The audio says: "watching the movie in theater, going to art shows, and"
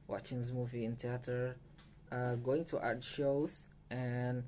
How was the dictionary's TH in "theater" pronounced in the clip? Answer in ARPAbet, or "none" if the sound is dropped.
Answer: T